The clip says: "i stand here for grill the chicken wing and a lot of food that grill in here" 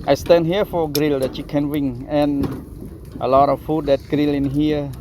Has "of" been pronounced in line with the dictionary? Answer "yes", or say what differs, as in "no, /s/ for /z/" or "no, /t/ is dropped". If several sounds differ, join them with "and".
no, /f/ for /v/